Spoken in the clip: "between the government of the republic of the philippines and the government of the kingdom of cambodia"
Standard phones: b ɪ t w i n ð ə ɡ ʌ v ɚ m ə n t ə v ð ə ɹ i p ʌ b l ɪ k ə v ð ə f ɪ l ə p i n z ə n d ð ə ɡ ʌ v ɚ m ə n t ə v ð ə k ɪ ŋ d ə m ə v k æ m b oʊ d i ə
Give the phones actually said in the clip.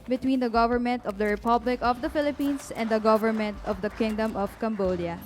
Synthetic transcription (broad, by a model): b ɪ t w i n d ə ɡ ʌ v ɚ m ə n t ə v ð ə ɹ i p ʌ b l ɪ k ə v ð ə f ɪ l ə p i n s ə n d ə ɡ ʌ v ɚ m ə n t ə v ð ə k ɪ ŋ d ə m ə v k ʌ m b oʊ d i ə